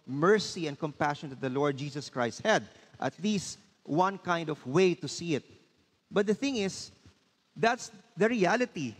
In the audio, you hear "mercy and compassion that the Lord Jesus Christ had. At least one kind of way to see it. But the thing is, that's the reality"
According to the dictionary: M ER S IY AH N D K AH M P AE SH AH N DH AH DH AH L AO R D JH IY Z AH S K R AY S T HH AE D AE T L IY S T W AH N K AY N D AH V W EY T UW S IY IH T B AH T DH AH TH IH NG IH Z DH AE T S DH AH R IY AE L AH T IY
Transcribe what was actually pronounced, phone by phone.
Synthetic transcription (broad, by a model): M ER S IY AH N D K AH M P AE SH AH N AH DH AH L AO R D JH IY S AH S K R AY S T HH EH D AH T L IY S T W AH N K AY N D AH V W EY T UW S IY IH T B AH T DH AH TH IH NG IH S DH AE T S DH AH R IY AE L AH T IY